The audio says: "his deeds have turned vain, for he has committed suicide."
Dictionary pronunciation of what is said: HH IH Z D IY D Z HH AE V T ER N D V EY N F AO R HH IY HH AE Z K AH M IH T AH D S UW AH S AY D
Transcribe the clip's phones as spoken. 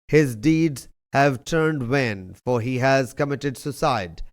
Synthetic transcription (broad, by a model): HH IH Z D IY D Z HH AE V T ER N D W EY N F AO R HH IY HH AE Z K AH M IH T AH D S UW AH S AY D